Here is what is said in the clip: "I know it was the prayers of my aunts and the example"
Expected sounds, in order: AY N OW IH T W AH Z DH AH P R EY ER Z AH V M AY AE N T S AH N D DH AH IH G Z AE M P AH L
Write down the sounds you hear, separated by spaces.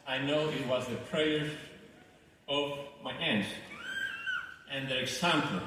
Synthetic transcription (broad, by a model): AY N OW IH T W AH Z DH AH P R EY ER AH V M AY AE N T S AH N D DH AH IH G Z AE M P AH L